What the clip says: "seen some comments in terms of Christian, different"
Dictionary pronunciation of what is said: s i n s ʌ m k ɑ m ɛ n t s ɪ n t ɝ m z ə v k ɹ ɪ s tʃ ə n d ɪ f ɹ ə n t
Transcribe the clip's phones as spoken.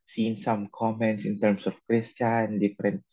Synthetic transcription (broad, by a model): s i n s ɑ m k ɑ m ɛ n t s ɪ n t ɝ m s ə f k ɹ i s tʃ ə n d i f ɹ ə n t